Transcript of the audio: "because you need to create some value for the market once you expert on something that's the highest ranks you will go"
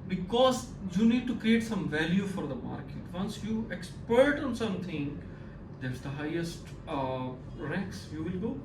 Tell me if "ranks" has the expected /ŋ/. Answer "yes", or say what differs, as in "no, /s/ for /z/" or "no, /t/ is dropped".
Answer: no, /ŋ/ is dropped